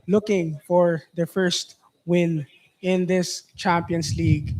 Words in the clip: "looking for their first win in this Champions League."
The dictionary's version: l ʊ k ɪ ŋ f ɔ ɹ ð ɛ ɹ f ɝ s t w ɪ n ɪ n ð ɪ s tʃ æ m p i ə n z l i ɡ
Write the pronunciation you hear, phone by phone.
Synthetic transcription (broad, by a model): l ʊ k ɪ ŋ f ɔ ɹ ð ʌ f ɝ s t w ɪ n ɪ n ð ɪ s tʃ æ m p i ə n s l i ɡ